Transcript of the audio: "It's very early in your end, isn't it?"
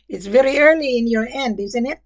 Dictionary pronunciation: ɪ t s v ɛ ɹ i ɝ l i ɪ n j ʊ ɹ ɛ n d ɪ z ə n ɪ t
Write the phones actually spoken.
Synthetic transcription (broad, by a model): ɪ t s v ɛ ɹ i ɝ l i ɪ n j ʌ ɹ ɛ n d ɪ z ə n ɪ t